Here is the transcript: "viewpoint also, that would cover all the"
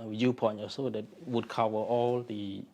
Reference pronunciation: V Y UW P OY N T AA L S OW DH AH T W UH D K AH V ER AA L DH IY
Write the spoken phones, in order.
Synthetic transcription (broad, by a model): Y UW P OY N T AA S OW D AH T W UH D K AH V ER AA L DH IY